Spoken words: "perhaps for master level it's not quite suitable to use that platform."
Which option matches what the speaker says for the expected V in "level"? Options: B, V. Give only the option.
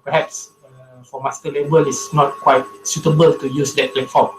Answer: B